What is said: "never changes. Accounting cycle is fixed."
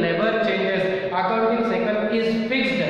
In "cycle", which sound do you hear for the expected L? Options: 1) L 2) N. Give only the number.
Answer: 2